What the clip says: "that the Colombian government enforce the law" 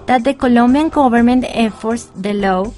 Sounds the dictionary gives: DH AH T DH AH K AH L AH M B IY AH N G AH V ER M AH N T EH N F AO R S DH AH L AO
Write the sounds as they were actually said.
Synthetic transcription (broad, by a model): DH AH T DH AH K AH L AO M B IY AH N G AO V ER M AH N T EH F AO R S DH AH L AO